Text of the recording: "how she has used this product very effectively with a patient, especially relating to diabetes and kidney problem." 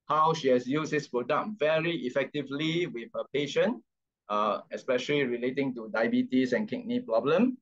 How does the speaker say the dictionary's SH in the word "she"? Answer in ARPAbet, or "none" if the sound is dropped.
SH